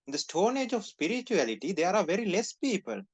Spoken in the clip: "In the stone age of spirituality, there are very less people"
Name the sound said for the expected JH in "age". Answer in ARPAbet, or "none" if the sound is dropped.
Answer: JH